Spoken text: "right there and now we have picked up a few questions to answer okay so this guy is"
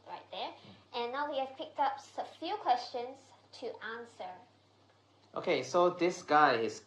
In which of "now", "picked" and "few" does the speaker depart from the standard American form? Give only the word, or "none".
none